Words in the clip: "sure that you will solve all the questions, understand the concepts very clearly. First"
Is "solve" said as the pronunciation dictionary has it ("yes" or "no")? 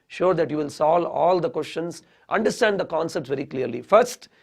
no